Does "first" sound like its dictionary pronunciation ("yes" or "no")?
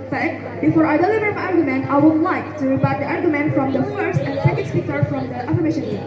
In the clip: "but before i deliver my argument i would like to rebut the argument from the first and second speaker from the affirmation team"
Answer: yes